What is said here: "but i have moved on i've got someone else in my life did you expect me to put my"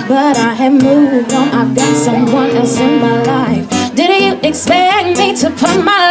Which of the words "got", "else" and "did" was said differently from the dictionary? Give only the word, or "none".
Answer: else